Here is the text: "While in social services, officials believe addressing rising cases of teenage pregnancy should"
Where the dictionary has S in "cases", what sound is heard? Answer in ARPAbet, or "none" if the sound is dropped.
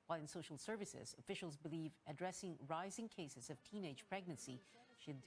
S